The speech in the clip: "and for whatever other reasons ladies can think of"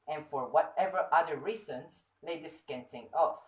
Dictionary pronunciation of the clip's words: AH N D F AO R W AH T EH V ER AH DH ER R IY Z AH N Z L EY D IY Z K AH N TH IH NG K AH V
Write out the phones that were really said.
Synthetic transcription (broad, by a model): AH N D F AO R W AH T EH V ER AH DH ER R IY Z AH N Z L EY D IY S K AH N T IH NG AH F